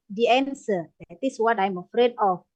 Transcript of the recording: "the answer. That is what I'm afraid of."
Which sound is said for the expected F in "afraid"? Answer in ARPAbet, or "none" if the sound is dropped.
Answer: F